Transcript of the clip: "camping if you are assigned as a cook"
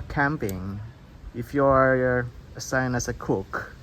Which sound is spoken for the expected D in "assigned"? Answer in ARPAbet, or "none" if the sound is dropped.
none